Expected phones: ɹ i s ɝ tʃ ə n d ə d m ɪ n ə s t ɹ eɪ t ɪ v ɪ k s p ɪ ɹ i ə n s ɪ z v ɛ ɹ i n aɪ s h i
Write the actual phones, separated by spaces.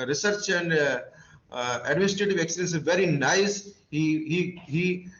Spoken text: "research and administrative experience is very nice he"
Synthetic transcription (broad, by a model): ɹ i s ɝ tʃ ə n d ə d m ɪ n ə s t ɹ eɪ t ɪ v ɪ k s ɪ i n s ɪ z v ɛ ɹ i n aɪ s h i